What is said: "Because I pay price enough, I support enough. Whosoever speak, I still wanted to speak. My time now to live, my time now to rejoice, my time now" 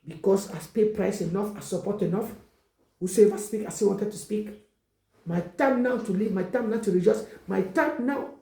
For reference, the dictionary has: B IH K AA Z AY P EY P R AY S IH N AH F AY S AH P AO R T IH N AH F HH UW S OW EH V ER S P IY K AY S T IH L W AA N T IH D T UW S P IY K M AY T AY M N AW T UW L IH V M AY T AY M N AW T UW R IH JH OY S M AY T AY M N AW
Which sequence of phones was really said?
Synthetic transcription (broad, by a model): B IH K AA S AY P EY P R AY S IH N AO F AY S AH P AO T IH N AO F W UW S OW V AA S P IY K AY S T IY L W AA N T IH D T UW S P IY K M AY T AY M N AW T UW L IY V M AY T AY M N AW T UW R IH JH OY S M AY T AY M N AW